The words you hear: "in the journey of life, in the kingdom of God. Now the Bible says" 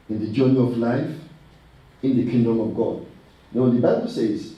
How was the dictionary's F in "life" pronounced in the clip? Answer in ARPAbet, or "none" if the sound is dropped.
F